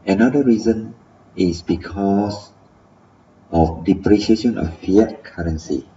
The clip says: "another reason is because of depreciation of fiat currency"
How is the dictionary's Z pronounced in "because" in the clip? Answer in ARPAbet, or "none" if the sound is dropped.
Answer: S